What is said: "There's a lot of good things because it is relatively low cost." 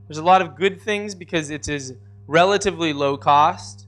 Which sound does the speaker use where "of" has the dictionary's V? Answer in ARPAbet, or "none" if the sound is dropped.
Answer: V